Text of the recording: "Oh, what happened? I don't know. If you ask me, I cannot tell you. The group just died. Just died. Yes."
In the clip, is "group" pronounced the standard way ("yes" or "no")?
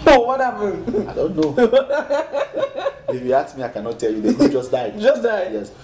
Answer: no